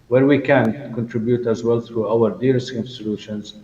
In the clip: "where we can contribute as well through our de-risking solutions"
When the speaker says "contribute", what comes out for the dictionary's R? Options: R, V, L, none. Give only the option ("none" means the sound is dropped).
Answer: R